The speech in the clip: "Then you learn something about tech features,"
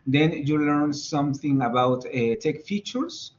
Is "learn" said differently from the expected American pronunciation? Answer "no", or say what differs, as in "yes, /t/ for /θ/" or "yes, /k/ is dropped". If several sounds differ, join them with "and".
no